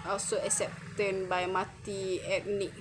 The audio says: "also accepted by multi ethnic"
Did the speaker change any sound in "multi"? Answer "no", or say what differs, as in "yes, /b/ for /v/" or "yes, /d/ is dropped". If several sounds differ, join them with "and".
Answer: yes, /l/ is dropped